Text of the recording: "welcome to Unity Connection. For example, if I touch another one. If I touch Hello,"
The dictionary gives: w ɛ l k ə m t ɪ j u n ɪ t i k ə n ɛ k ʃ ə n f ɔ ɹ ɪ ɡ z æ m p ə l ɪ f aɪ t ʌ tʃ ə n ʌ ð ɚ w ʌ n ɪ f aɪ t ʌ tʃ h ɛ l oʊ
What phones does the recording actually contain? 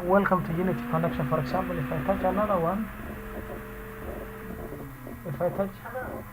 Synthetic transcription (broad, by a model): w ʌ l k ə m t ɪ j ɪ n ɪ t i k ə n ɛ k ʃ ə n f ɔ ɹ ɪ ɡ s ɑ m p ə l ɪ f aɪ t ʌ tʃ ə l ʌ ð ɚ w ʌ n ɪ f aɪ t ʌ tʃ